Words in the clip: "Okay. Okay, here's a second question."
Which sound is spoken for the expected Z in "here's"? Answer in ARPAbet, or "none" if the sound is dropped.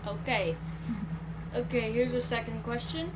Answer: Z